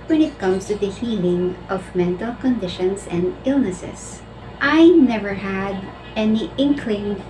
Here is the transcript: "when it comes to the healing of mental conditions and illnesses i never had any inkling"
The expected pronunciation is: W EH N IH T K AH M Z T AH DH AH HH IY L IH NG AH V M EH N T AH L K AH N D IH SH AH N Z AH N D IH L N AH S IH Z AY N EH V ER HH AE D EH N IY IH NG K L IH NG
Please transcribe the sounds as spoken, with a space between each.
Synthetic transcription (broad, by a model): W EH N IH T K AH M S T AH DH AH HH IY L IH NG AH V M EH N T AH L K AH N D IH SH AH N S AH N D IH L N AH S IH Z AY N EH V ER HH AE D EH N IY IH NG K L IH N